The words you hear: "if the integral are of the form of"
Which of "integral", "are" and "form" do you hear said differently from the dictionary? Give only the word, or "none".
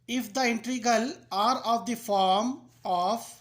integral